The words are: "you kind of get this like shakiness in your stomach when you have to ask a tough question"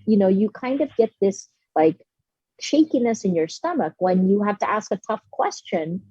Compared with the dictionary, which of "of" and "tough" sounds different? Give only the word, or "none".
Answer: none